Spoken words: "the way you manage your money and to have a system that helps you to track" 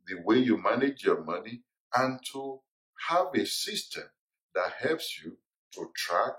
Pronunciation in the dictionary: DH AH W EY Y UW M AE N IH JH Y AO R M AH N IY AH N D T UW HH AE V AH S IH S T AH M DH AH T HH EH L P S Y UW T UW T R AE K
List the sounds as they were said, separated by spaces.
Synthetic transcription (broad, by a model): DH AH W EY Y UW M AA N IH JH Y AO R M AH N IY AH N T UW HH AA V AH S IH S T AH M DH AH T HH EH L P S Y UW T UW T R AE K